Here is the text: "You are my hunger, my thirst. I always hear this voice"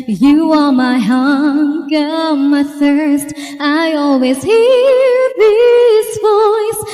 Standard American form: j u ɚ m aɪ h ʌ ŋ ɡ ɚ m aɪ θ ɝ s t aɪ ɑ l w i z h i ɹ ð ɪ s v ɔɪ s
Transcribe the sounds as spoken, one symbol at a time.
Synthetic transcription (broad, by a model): j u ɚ m aɪ h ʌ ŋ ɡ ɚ m aɪ θ ɝ s t aɪ ɑ l w i z h i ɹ ð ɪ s v ɔɪ s